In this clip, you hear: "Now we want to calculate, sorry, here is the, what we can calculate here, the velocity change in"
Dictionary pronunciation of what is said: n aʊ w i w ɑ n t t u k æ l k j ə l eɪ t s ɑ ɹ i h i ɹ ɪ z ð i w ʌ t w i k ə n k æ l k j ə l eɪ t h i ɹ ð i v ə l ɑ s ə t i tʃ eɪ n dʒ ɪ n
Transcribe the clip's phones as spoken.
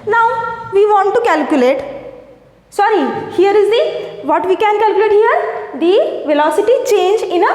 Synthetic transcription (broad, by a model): n aʊ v i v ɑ n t t u k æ l k j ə l eɪ t s ɑ ɹ i h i ɹ ɪ z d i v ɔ t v i k ə n k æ l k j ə l eɪ t h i ɹ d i v ə l ɑ s ə t i tʃ eɪ n dʒ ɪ n